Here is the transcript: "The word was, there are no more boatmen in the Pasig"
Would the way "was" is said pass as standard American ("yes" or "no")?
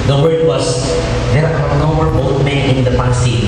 no